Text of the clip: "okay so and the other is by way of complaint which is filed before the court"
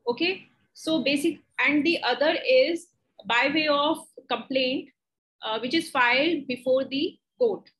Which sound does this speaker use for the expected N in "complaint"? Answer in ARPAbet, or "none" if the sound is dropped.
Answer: N